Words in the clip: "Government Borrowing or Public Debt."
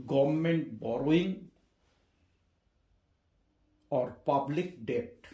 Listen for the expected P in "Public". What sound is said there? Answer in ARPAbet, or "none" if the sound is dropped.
P